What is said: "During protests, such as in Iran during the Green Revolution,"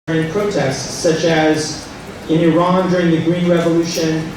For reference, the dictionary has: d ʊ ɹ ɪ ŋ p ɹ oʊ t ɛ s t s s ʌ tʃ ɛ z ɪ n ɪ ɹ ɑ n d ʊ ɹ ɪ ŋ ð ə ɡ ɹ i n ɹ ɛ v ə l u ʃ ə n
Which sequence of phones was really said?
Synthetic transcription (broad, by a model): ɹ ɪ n p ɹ oʊ t ɛ s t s s ʌ tʃ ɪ z ɪ n ɪ ɹ ɑ n d ʊ ɹ ɪ ŋ ð ə ɡ ɹ i n ɹ ɛ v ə l u ʃ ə n